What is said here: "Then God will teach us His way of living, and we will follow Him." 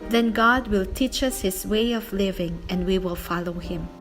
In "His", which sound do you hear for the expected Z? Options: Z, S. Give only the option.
S